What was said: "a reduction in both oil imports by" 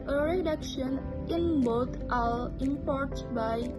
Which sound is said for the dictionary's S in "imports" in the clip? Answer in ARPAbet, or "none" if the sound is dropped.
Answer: none